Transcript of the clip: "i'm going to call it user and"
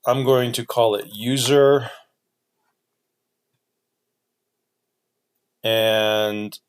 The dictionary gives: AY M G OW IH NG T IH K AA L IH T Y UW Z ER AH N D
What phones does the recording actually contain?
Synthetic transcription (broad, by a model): AY M G OW IH NG T IH K AA L IH T Y UW Z ER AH N